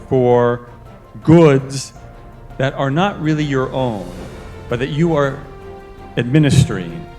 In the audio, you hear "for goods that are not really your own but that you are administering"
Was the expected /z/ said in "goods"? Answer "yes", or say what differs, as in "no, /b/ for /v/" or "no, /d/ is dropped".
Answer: yes